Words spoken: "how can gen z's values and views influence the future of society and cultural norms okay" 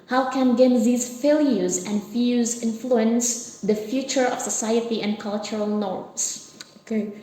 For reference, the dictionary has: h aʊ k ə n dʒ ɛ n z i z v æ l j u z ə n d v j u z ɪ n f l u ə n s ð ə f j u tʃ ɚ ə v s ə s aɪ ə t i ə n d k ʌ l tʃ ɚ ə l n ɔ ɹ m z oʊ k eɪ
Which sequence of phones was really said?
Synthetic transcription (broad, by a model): h aʊ k ə n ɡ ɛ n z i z f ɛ l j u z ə n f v j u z ɪ n f l u ə n s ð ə f j u tʃ ɚ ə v s ə s aɪ ə t i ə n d k ʌ l tʃ ɚ ə l n ɔ ɹ m s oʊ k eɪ